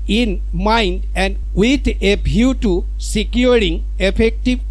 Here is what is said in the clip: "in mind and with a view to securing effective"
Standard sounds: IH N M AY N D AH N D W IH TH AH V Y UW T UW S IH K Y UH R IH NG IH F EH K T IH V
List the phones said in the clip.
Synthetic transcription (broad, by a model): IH N M AY N D AH N D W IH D AH B Y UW T UW S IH K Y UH R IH NG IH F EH K T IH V